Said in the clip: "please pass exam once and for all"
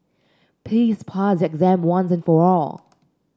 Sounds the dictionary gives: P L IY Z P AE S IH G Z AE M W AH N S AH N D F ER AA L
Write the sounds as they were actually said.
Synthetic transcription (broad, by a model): P IY S P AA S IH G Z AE M W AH N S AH N F ER AA L